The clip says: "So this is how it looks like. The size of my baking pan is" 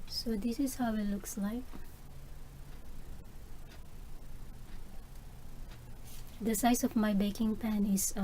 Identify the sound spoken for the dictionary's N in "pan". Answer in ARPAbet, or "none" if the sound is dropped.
N